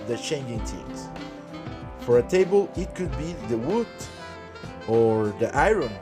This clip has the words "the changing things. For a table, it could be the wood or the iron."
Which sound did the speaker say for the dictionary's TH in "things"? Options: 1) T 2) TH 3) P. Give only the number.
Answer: 1